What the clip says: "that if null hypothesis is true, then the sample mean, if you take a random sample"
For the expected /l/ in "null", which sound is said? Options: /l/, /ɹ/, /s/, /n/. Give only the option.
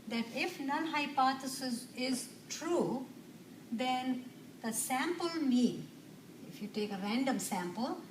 /n/